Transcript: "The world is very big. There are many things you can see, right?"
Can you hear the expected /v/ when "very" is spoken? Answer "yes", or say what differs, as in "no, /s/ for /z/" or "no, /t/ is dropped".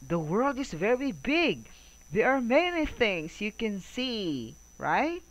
yes